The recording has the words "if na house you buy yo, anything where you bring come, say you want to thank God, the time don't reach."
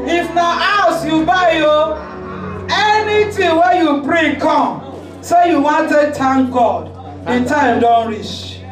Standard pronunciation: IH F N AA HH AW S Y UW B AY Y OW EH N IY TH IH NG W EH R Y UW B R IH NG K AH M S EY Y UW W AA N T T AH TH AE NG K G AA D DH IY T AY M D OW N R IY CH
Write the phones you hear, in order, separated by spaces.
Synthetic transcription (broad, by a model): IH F N AA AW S Y UW B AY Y OW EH N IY T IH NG W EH Y UW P R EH K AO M S EY Y UW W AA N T T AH T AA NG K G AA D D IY T AY M D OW N R IY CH